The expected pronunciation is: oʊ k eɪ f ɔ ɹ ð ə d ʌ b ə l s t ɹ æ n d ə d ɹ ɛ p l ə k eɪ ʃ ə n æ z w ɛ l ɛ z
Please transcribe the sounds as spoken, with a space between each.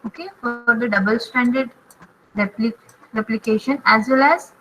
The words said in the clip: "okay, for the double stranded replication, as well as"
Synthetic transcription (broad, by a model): oʊ k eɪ f ɔ ɹ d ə d ʌ b ə l s t æ n d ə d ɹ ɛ p l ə k eɪ ʃ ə n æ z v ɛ l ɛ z